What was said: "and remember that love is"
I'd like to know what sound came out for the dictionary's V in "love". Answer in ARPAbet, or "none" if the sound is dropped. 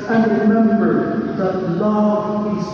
none